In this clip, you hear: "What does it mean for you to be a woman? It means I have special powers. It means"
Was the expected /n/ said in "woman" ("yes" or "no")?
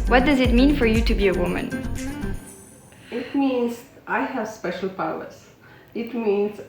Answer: yes